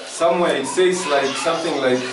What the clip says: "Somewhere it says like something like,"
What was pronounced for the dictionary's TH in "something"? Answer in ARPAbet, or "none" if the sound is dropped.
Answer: TH